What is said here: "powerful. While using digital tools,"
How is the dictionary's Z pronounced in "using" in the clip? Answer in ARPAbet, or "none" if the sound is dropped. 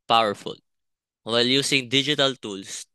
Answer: S